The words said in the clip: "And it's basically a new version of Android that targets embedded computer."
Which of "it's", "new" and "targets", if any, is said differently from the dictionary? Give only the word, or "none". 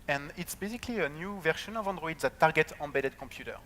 targets